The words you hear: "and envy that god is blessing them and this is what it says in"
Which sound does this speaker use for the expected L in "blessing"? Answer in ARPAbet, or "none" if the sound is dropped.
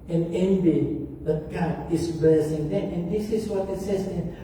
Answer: none